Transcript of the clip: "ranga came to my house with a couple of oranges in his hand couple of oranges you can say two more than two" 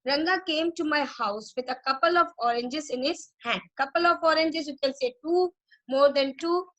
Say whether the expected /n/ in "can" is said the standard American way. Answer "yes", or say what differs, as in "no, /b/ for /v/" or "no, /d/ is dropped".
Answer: no, /l/ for /n/